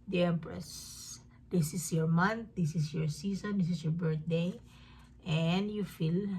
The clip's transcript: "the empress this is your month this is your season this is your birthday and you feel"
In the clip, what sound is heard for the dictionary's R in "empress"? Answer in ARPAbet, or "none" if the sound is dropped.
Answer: R